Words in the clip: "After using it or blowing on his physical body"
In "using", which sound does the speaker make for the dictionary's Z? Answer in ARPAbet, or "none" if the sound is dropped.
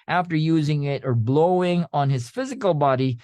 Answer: Z